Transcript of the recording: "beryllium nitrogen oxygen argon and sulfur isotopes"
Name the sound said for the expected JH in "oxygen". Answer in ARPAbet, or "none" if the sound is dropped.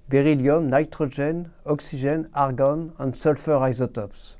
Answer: ZH